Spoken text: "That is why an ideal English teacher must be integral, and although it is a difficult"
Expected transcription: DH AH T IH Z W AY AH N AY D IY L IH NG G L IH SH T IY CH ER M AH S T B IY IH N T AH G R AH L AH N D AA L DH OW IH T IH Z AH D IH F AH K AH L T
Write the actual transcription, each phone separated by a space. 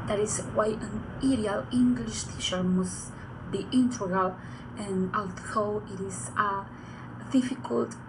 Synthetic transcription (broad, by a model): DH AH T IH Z W AY AH N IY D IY L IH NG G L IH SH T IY SH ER M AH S B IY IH N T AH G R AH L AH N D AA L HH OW IH T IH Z AH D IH F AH K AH L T